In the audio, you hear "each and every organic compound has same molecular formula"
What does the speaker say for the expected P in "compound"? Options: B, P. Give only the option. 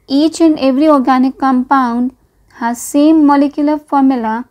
P